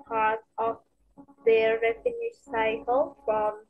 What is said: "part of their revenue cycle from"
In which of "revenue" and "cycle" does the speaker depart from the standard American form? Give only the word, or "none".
revenue